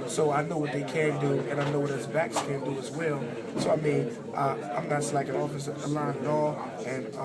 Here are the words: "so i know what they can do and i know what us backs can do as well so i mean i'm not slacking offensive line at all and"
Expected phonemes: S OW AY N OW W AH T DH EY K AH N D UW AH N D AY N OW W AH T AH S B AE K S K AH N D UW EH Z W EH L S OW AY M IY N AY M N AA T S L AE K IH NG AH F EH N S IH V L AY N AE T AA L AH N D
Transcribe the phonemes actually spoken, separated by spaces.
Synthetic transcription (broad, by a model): S OW AY N OW W AH T DH EY K AH N D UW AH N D AY N OW W AH T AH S B AE K S K AH N D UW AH Z W EH L S OW AY M IY N AY M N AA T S L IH K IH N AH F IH S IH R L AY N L AA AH N